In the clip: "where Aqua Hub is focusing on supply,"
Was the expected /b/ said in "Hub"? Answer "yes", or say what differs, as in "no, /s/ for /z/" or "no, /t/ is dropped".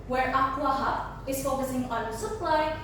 no, /b/ is dropped